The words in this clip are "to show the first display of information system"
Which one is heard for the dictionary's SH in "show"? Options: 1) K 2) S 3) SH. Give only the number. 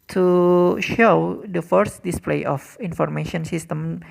3